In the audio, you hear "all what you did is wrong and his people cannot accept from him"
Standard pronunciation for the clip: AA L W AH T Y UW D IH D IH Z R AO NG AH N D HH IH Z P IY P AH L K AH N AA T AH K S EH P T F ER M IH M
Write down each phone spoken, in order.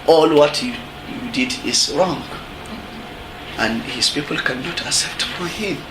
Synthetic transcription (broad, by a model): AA L W AH T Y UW D IH D IH Z R AO NG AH N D HH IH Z P IY P AH L K AH N AA T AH S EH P T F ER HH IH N